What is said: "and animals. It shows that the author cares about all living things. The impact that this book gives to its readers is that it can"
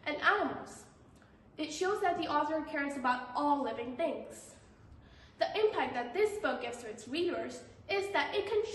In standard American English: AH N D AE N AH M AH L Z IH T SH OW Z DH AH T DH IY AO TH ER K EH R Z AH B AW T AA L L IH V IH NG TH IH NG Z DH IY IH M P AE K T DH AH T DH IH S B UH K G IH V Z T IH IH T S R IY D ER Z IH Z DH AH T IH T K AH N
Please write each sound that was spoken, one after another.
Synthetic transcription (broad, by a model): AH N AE AH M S IH T SH OW Z DH AH T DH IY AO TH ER K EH R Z AH B AW T AA L L IH V IH NG TH IH NG Z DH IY IH M P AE K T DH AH T DH IH S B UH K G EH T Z T IH IH T S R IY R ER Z IH Z DH AH T IH T K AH N